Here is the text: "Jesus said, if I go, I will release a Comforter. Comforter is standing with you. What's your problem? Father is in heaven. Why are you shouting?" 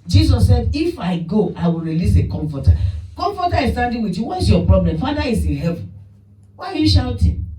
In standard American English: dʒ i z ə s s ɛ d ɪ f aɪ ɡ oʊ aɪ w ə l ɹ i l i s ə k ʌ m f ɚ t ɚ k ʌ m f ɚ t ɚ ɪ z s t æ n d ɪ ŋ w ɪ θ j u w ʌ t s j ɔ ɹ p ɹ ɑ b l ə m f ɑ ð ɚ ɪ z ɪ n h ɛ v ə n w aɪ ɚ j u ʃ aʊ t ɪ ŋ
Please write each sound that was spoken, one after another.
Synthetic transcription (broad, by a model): dʒ i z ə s s ɛ d ɪ f aɪ ɡ oʊ aɪ w ə l ɹ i l i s ə k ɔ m f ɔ t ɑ k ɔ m f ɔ t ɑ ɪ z s t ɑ n d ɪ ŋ w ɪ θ j u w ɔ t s j ɔ p ɹ ɑ b l ə m f ɑ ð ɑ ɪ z ɪ n h ɛ v ə n w aɪ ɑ j u ʃ aʊ t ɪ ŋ